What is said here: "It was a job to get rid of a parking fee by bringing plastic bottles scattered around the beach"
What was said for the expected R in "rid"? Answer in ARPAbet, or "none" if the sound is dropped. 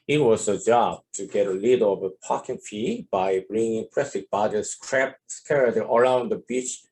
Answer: L